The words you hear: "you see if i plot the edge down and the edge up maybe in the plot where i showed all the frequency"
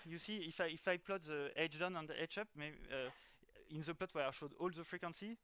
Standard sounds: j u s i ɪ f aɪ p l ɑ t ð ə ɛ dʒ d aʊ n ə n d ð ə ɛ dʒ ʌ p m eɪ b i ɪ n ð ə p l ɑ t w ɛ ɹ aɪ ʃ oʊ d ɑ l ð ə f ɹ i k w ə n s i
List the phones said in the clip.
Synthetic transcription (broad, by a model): j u s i ɪ f aɪ p l ɑ t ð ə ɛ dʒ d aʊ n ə n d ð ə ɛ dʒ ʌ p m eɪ i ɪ n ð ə p l ɑ t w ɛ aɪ ʃ oʊ d ɑ l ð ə f ɹ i k w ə n s i